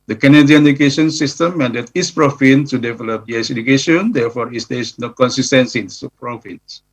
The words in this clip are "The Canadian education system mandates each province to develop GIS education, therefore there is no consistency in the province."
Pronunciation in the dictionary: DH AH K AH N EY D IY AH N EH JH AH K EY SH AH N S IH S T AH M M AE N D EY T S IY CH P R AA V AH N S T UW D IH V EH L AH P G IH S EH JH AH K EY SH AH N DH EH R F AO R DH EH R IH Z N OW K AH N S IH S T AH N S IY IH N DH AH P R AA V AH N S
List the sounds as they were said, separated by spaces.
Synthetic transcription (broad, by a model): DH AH K AH N EY D IY AH N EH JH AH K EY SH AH N S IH S T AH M M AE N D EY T IY S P R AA F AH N T UW D IH V EH L AH P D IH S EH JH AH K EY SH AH N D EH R F AO R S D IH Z N OW K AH N S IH S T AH N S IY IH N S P R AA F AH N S